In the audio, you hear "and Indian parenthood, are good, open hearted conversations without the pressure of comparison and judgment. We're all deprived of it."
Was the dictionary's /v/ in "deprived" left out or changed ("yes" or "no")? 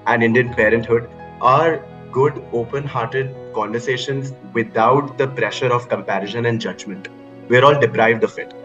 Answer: no